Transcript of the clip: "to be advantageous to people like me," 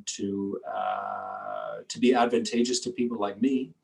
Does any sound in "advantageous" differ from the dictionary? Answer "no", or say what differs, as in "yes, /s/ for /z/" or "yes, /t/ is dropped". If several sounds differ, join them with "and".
no